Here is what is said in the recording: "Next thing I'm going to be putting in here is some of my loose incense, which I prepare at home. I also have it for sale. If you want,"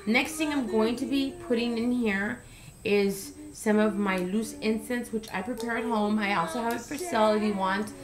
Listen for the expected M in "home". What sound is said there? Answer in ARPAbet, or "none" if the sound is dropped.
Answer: M